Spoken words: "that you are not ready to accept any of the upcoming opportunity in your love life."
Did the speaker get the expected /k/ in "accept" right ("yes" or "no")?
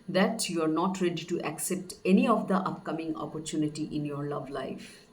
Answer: yes